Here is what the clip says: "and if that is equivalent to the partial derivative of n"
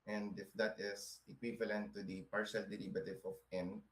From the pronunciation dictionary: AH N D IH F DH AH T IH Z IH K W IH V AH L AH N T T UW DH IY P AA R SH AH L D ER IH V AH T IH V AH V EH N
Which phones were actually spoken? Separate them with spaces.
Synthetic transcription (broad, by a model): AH N D IH F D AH T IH S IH K W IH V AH L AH N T T UW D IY P AA R SH AH L D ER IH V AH T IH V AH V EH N